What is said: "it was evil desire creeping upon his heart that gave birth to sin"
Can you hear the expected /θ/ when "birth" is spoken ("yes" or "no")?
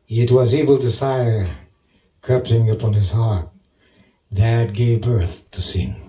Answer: yes